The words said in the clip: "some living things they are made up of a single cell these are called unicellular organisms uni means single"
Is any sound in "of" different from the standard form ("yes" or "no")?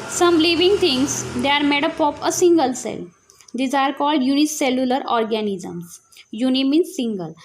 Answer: yes